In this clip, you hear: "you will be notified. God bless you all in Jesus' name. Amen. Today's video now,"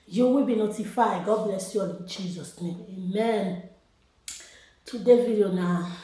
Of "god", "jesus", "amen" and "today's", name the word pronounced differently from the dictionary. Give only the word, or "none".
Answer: today's